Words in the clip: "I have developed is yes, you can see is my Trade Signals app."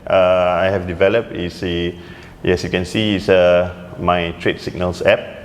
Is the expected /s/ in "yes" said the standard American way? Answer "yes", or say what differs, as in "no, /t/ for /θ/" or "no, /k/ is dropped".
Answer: yes